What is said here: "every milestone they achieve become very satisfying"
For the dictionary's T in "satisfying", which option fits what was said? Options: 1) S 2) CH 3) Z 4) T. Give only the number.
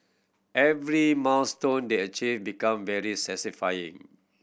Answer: 1